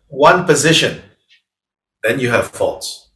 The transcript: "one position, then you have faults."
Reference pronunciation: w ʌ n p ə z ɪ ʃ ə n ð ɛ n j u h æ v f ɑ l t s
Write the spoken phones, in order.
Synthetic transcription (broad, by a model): w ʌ n p ə z ɪ ʃ ə n ð ɛ n j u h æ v f ɑ l t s